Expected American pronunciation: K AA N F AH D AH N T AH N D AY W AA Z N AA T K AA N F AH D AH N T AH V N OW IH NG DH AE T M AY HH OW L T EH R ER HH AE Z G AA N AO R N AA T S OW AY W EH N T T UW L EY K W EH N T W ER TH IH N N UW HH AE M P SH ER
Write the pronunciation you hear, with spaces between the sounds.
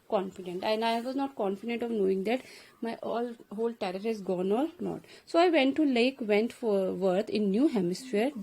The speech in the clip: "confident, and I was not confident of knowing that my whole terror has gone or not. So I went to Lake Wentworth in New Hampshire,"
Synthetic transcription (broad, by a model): K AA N F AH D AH N T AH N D AY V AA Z N AA T K AA N F AH D AH N T AH V N OW IH NG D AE T M AY HH OW L T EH R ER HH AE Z G AA N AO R N AA T S OW AY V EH N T T UW L EY K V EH N T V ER T IH N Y UW HH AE M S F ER